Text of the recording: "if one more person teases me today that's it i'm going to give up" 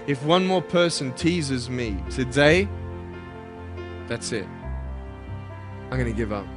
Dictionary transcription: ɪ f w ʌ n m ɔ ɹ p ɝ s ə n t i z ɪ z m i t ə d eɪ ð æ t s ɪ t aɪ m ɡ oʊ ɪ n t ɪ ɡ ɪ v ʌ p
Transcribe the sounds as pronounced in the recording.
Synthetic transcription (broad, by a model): ɪ f w ʌ n m ɔ ɹ p ɝ s ə n t i z ɪ z m i s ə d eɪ ð æ t s ɪ t aɪ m ɡ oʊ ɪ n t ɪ ɡ ɪ v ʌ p